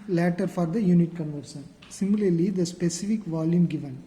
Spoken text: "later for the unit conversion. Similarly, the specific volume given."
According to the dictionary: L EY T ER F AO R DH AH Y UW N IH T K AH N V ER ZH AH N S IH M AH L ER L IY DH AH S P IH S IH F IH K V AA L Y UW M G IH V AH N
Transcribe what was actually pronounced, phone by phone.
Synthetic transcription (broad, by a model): L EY T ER F AO R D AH Y UW N IH T K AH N V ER S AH N S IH M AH L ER L IY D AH S P IH S IH F IH K V AA L Y UW M G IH V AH N